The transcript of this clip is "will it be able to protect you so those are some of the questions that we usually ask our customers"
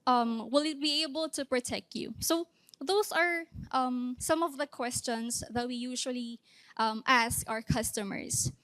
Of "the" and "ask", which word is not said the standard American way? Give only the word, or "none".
none